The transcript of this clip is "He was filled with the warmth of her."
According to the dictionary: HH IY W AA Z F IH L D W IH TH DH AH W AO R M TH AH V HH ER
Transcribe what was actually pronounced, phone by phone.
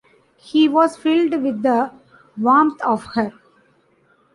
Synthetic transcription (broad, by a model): HH IY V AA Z F IH L D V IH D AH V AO M T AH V HH ER